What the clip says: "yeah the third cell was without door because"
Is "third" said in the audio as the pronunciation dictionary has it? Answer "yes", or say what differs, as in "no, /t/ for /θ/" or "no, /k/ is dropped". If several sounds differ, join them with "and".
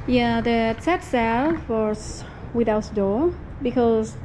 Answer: no, /t/ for /θ/